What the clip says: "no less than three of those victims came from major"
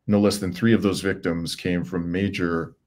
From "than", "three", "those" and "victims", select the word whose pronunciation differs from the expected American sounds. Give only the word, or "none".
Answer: none